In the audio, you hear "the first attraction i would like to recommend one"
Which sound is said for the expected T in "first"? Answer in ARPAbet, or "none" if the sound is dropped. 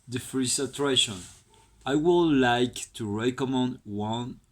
none